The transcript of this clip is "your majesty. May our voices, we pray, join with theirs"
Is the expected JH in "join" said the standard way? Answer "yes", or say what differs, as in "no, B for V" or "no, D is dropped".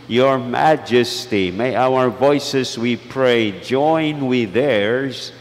yes